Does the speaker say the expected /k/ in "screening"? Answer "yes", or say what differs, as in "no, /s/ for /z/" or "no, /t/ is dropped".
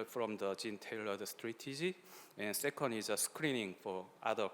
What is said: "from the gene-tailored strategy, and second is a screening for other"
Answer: yes